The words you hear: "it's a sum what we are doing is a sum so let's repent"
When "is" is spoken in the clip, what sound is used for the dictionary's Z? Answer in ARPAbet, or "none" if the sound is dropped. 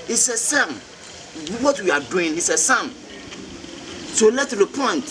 S